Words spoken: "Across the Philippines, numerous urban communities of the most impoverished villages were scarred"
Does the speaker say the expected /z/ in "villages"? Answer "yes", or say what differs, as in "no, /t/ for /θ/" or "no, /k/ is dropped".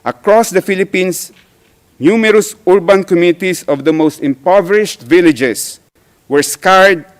no, /s/ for /z/